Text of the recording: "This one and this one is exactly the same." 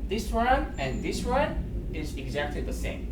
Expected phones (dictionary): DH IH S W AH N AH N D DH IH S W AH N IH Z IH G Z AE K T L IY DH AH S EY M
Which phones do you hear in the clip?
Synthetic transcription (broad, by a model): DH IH S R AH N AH N DH IH S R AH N IH Z IH G Z AE K T L IY DH AH S EY M